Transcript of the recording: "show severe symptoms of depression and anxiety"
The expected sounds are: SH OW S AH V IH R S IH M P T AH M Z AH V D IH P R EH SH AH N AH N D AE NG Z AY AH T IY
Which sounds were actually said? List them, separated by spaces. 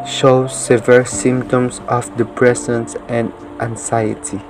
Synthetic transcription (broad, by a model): SH OW S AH V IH L S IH M P T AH M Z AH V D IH P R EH S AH N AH N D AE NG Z AY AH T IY